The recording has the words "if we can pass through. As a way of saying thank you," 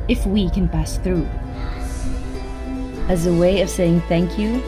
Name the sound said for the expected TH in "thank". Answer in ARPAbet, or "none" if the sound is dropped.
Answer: TH